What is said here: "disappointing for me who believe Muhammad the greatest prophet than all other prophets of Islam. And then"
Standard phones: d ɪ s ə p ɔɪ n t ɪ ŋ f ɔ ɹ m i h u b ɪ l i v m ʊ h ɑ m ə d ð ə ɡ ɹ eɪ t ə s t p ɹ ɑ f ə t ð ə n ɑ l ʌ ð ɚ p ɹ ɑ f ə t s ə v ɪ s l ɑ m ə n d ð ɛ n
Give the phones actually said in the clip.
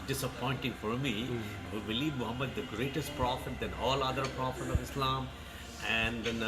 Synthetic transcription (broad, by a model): d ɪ s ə p ɔɪ n t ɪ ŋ f ɔ ɹ m i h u b ɪ l i v m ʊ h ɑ m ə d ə ɡ ɹ eɪ t ə s t p ɹ ɑ f ə t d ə n ɑ l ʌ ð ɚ p ɹ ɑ f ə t ə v ɪ s l ɑ m ə n d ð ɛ n